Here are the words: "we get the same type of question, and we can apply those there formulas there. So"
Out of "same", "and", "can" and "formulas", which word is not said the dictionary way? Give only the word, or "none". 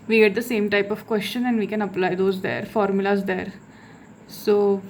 none